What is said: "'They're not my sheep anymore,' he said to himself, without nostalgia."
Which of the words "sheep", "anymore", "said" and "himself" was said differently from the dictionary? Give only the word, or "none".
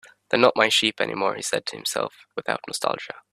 none